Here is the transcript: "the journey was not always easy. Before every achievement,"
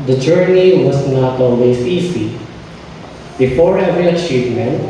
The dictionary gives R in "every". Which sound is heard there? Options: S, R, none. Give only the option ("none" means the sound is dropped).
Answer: none